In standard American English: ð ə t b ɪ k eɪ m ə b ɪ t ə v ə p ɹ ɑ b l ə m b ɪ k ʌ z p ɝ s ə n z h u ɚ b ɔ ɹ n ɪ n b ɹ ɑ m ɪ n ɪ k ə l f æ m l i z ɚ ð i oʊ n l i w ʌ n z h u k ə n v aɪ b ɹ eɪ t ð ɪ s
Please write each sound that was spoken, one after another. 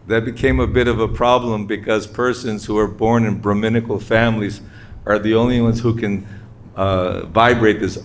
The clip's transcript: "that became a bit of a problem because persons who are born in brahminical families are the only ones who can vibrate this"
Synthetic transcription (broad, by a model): ð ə t b ɪ k eɪ m ə b ɪ t ə v ə p ɹ ɑ b l ə m b ɪ k ʌ z p ɝ s ə n z h u ɚ b ɔ ɹ n ɪ n b ɹ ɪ m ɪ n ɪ k l f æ m l i z ɚ ð i oʊ n l i w ʌ n z h u k ə n v aɪ b ɹ eɪ t ð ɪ s